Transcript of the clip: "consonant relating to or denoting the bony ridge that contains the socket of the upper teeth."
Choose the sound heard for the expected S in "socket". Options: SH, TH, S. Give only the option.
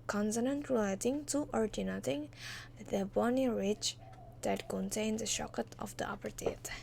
SH